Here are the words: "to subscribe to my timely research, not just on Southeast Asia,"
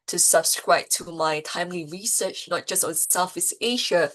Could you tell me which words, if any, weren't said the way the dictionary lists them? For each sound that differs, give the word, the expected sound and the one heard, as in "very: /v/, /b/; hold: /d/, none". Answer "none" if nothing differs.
southeast: /θ/, /f/; southeast: /t/, none